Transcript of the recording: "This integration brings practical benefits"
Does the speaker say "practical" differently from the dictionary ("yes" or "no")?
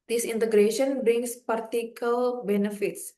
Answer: yes